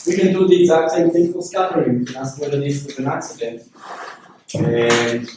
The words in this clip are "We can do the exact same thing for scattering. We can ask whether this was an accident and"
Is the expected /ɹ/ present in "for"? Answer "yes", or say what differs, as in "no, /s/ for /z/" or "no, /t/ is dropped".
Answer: no, /l/ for /ɹ/